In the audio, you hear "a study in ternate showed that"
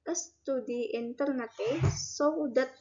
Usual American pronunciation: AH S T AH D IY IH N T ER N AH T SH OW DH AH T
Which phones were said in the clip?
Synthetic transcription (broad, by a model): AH S T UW D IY IH N T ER N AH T S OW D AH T